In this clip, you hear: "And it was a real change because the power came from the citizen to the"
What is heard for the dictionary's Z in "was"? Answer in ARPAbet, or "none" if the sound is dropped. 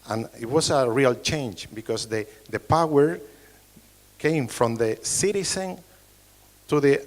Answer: S